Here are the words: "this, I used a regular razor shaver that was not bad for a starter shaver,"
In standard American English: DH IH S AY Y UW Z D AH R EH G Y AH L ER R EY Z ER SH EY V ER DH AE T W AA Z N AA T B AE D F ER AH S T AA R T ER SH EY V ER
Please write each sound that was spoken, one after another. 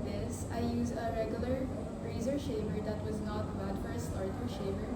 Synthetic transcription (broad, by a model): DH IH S AY Y UW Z AH R EH G Y AH L ER R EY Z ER SH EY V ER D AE T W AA Z N AA T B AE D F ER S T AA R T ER SH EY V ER